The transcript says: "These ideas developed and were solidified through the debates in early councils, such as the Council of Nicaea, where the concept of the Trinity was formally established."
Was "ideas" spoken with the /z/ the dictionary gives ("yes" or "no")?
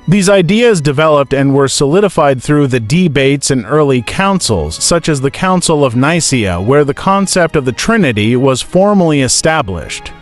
yes